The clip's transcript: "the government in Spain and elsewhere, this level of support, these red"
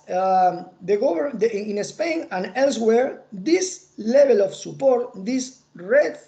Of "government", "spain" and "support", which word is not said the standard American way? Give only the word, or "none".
government